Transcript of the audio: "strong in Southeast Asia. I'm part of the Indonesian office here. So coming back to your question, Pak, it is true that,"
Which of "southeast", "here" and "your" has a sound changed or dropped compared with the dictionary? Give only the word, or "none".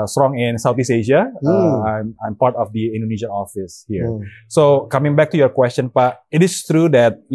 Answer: southeast